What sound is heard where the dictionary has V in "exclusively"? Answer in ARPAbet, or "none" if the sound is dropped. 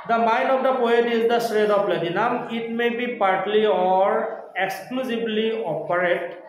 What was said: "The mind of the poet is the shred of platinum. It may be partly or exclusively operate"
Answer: B